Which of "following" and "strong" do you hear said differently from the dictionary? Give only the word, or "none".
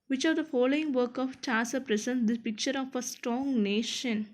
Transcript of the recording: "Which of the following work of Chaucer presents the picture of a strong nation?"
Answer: none